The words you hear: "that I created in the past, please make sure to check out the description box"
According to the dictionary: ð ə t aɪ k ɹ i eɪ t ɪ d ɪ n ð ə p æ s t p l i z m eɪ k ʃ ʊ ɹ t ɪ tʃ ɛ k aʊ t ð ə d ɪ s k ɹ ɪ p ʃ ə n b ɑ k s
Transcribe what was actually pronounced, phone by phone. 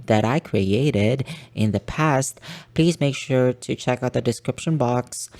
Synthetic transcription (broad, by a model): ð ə t aɪ k ɹ i eɪ t ɪ d ɪ n ð ə p æ s t p l i z m eɪ k ʃ ʊ ɹ t ɪ tʃ ɛ k aʊ t ð ə d ɪ s k ɹ ɪ p ʃ ə n b ɑ k s